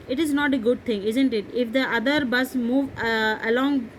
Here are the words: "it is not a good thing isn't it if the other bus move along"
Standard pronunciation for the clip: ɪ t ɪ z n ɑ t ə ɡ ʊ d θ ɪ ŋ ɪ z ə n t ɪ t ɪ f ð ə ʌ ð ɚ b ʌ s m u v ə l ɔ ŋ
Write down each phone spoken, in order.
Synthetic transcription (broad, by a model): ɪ t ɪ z n ɑ t ə ɡ ʊ d t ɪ ŋ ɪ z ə n t ɪ t ɪ f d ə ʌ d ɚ b ʌ s m u v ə l ɔ ŋ